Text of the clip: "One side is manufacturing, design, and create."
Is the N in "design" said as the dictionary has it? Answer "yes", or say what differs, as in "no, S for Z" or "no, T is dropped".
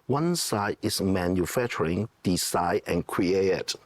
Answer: no, N is dropped